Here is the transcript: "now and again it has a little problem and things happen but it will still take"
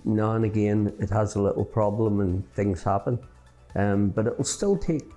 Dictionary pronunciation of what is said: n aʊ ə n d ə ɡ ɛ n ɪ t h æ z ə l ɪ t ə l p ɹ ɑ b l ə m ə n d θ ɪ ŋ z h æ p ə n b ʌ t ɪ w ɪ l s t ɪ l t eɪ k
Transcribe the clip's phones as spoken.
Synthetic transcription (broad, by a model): n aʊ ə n ə ɡ ɛ n ɪ t h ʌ z ə l ɪ t l p ɹ ɑ b l ə m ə n θ ɪ ŋ z h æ p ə n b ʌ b ɪ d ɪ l s t ɪ l t eɪ k